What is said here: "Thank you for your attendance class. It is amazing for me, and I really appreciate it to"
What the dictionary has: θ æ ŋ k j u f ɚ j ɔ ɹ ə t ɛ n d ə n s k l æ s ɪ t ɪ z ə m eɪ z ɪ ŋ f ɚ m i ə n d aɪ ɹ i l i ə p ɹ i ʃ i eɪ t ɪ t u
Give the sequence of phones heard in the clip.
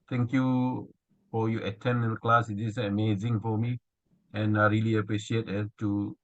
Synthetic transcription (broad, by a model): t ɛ ŋ k j u f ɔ j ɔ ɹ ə t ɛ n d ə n k l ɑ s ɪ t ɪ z ə m eɪ z ɪ ŋ f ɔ m i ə n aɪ ɹ i l i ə p ɹ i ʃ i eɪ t ɪ t u